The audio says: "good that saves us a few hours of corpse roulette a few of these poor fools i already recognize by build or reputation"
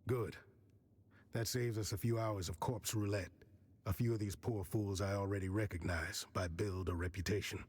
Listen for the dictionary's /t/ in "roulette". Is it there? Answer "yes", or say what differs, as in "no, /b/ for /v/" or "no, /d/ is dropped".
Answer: yes